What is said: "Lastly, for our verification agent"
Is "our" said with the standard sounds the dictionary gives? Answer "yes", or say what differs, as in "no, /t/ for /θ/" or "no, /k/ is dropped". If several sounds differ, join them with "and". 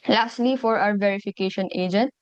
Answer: no, /w/ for /ɹ/